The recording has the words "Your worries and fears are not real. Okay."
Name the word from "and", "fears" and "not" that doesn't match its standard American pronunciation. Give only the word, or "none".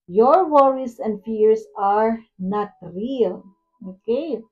fears